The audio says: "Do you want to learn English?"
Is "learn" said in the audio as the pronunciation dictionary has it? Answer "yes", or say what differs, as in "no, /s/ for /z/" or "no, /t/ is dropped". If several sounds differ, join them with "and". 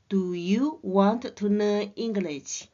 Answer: no, /n/ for /l/ and /n/ is dropped